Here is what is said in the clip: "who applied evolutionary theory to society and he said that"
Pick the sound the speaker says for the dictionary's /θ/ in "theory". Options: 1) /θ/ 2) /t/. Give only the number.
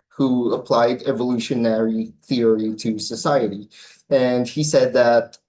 1